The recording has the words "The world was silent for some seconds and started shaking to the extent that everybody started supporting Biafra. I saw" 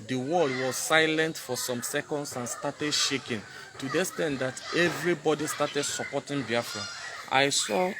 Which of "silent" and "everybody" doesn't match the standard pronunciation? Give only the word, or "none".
none